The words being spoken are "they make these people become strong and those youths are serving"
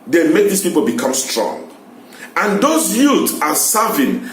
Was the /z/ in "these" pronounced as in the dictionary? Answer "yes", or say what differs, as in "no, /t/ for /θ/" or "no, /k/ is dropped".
no, /s/ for /z/